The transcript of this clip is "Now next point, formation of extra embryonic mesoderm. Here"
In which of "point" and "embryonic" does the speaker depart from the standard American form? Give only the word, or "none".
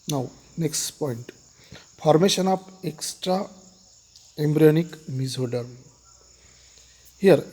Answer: none